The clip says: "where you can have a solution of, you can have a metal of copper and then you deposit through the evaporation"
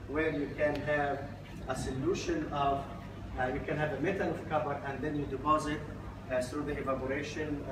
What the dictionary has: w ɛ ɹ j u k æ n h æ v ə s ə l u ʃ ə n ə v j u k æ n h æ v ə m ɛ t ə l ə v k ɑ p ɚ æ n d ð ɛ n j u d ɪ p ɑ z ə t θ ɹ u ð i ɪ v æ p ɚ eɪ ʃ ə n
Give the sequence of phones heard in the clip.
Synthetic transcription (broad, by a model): w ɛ ɹ j u k æ n h æ v ə s ə l u ʃ ə n ə v j u k æ n h æ v ə m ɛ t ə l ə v k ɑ b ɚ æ n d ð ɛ n j u d ɪ p ɑ z ə t θ ɹ u ð i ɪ v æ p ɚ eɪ ʃ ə n